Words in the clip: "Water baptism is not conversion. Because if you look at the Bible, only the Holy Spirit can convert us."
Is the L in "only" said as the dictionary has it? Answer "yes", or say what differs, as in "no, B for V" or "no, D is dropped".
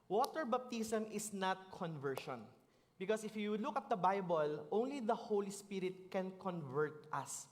yes